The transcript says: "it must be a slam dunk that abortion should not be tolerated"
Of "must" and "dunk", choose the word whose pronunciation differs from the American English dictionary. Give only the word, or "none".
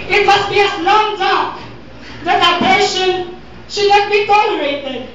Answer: dunk